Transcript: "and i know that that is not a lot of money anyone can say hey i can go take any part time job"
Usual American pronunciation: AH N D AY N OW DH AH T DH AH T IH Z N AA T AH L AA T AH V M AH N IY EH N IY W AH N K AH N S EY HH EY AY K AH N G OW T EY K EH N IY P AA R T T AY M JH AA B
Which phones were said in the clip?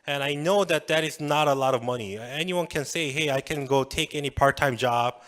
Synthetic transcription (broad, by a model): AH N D AY N OW DH AH T DH AH T IH Z N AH T AH L AA T AH V M AH N IY EH N IY W AH N K AH N S EY HH EY AY K AH N G OW T EY K EH N IY P AA R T T AY M JH AA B